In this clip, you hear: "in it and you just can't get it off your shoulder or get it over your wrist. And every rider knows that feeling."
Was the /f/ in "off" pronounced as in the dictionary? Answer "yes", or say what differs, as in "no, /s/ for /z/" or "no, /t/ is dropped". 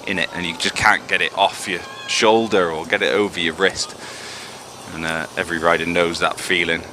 yes